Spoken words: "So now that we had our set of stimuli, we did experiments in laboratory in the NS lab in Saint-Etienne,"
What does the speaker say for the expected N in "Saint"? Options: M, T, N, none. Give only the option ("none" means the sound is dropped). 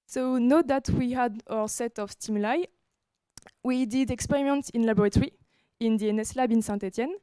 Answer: none